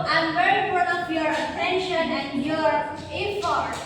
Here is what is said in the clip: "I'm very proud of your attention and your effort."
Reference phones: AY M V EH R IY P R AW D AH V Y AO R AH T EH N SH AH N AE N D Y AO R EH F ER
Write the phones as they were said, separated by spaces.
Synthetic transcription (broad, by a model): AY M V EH R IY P AO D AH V Y AO R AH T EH N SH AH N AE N Y AO R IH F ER